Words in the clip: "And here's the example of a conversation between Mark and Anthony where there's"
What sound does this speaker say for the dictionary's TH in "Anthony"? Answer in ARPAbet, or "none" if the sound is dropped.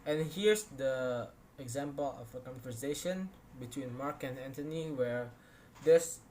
T